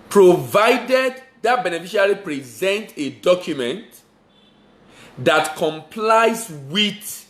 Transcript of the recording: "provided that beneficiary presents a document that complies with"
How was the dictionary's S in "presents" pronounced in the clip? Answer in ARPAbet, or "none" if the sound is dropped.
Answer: none